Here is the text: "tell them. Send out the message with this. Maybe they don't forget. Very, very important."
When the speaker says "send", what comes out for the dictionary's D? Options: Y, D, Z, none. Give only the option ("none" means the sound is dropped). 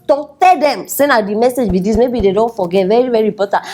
none